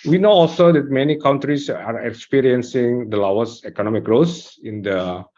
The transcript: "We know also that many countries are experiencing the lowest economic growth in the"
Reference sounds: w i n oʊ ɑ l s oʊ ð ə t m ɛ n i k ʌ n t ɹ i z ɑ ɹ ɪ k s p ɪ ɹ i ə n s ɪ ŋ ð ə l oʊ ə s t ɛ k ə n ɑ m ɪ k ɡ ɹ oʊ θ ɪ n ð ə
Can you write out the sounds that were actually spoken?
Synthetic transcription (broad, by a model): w i n oʊ ɑ l s oʊ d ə t m ɛ n i k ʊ n t ɹ i s ɑ ɹ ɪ k s p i ɹ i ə n s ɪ ŋ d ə l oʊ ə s ɛ k ə n ɑ m ɪ k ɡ ɹ oʊ s ɪ n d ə